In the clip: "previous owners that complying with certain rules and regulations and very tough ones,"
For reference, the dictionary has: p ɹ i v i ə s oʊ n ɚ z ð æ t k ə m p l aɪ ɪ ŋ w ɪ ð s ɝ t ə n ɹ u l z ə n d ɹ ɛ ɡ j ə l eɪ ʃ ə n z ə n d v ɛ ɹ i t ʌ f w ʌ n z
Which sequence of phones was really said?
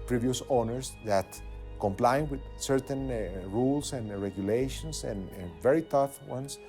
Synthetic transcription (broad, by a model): p ɹ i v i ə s oʊ n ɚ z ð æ t k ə m p l aɪ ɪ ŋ w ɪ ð s ɝ t ə n ɹ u l s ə n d ɹ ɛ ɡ j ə l eɪ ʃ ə n s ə n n v ɛ ɹ i t ʌ f w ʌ n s